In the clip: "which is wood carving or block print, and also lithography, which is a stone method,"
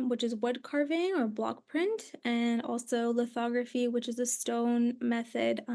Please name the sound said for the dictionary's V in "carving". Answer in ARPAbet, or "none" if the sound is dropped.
V